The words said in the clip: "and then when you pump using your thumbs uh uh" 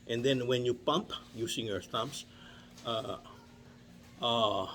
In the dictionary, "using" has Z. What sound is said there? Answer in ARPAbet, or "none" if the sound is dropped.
S